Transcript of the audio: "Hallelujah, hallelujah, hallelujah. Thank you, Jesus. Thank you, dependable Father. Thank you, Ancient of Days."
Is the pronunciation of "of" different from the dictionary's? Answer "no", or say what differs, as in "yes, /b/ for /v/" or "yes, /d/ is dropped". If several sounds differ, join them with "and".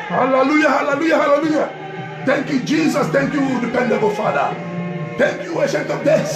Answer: yes, /p/ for /v/